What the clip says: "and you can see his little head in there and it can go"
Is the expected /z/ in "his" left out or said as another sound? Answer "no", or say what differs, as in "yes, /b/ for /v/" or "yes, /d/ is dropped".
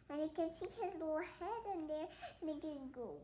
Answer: no